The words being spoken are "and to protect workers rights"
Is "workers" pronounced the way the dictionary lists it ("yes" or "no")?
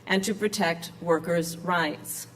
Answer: yes